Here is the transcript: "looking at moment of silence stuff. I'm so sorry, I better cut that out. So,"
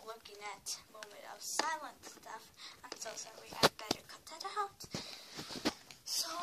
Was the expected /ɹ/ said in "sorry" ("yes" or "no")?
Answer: no